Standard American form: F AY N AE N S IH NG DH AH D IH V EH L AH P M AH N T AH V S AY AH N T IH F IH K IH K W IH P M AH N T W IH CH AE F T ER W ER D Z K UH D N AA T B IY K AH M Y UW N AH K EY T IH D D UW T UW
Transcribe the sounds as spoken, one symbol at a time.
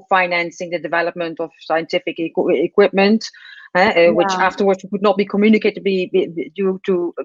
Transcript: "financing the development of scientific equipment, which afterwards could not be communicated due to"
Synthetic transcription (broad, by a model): F AY N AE N S IH NG DH AH D IH V EH L AH P M AH N T AH V S AY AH N T IH F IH K IH K W IH P M AH N T W IH CH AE F T ER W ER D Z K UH D N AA T B IY K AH M Y UW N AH K EY T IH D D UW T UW